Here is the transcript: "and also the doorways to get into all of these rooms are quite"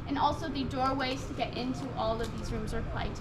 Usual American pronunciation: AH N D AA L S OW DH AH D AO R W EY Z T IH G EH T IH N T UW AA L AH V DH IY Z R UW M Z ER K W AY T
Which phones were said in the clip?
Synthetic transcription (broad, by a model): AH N AA L S OW DH AH D AO R W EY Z T IH G EH T IH N T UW AA L AH V DH IY Z R UW M Z ER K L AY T